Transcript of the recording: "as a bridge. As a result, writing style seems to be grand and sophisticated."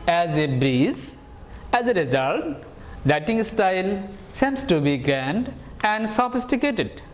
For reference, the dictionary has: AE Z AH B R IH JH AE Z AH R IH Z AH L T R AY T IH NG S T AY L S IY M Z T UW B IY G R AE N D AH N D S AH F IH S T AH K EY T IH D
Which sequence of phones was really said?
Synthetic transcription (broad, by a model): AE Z AH B R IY Z AE Z AH R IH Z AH L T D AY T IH NG S T AY L S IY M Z T UW B IY G R AE N D AH N D S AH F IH S T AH K EY T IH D